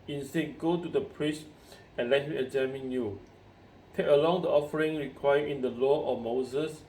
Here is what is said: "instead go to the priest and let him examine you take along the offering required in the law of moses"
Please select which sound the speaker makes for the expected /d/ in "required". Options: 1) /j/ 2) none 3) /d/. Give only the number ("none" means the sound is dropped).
2